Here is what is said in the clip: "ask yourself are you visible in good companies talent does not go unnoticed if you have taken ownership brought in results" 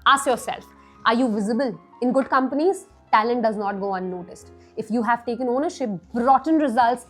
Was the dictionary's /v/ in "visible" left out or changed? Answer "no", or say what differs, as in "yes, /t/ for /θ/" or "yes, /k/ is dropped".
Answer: no